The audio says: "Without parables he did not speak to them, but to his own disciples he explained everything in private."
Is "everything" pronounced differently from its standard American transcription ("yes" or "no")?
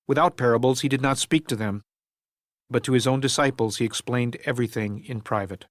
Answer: no